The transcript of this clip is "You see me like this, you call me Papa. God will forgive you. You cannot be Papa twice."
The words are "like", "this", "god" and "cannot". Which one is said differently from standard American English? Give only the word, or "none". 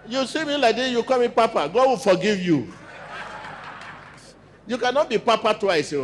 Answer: this